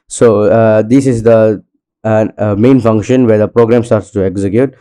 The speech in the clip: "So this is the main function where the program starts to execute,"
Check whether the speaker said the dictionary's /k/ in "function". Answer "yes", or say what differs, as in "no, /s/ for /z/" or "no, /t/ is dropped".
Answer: yes